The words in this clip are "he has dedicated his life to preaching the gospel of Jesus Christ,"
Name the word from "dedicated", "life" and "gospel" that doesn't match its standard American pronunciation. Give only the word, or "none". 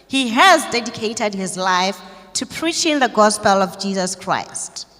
none